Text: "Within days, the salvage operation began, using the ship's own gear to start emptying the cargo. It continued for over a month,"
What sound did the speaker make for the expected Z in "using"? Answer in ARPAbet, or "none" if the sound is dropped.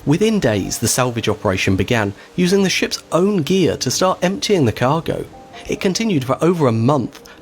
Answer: Z